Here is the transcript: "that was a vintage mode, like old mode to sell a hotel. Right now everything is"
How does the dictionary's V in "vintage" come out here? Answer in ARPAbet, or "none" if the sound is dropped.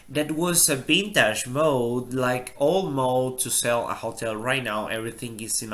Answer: B